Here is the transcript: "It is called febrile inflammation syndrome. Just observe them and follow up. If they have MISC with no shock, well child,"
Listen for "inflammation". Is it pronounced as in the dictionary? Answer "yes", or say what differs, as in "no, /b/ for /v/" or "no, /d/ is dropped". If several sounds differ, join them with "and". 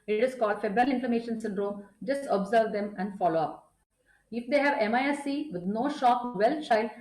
no, /l/ is dropped